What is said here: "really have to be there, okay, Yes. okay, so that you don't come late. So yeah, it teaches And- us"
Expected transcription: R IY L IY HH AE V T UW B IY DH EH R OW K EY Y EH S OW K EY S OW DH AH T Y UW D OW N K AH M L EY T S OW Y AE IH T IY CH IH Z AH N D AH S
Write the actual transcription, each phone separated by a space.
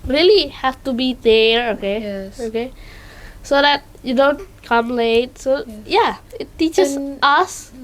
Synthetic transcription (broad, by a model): R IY L IY HH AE F T UW B IY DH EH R OW K EY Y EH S OW K EY S OW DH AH T Y UW D OW N K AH M L EY T S OW Y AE IH T IY CH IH S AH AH S